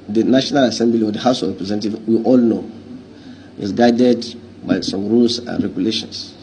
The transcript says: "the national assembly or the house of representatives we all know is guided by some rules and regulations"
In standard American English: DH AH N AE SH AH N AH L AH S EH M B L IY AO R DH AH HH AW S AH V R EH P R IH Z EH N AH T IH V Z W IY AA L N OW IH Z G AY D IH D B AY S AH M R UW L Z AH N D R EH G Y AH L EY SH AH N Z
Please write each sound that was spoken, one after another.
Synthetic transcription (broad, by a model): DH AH N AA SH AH N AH L AH S EH M B L IY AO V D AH HH AW S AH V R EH P R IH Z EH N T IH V W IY AA L N OW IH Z G AY D IH D B AY S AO M R UW L S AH N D R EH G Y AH L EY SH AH N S